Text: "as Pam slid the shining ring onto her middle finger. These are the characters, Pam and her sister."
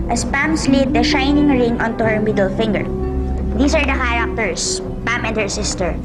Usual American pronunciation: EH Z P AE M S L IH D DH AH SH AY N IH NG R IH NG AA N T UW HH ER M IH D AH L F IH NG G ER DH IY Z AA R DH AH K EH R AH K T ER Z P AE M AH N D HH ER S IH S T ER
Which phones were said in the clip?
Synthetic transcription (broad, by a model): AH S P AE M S L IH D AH SH AY N IH NG R IH NG AA N T UW HH ER M IH D AH L F IH NG G ER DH IY S AA R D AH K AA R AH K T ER S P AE M AH N D HH ER S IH S T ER